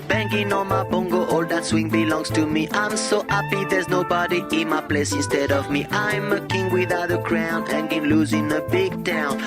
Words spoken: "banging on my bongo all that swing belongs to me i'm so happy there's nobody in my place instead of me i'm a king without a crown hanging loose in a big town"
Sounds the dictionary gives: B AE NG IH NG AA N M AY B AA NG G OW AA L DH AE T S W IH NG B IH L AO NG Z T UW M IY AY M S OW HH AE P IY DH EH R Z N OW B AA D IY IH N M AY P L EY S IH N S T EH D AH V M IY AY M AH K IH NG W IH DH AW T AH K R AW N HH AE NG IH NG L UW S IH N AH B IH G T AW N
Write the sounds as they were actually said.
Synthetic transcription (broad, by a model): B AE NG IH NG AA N M AY B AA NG G OW AA L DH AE T S W IH NG B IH L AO NG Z T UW M IY AY M S OW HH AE P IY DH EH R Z N OW B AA D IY IH N M AY P L EY S IH N S T EH D AH V M IY AY M AH K IH NG W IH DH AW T AH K R AW N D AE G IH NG L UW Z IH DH AH B IH G T AW N